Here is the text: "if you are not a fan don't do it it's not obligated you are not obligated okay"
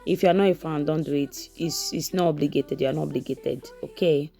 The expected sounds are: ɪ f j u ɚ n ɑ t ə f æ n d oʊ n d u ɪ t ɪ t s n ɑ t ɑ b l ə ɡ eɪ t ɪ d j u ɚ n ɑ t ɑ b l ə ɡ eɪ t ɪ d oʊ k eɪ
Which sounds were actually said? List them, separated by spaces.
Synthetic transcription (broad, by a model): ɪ f j u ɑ n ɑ ə f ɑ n d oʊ n d u ɪ t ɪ s s n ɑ ɑ b l ə ɡ eɪ t ɪ d j u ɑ n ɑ ɑ b l ə ɡ eɪ t ɪ d oʊ k eɪ